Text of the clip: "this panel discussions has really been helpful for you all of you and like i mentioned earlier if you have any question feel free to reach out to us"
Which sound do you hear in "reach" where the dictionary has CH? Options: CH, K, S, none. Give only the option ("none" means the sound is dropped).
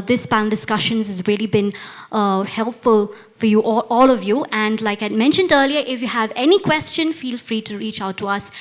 CH